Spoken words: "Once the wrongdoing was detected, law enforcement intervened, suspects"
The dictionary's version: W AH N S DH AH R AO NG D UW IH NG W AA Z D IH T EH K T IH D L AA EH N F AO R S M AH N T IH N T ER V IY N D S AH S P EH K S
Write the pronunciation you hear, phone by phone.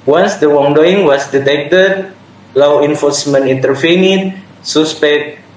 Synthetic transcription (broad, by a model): W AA N S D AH W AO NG D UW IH NG W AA S D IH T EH K T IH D L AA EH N F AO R S M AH N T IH N T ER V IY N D S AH S P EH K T